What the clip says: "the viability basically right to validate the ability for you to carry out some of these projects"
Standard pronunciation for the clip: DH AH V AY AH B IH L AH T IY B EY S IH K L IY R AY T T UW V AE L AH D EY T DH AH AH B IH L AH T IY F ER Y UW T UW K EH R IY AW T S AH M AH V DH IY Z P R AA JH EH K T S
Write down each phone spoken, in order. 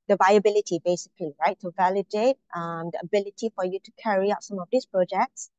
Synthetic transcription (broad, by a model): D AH V AY AH B IH L AH T IY B EY S IH K L IY R AY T T UW V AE L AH D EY T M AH AH B IH L AH T IY F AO Y UW T UW K EH R IY AW T S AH M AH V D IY S P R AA JH EH K T S